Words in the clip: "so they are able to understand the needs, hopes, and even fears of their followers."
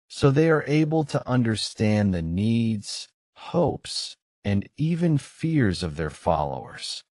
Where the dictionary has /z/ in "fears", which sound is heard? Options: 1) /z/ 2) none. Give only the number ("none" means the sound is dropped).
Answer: 1